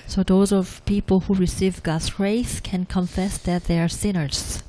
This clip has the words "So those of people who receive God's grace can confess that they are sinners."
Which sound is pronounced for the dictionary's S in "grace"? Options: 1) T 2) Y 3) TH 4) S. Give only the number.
3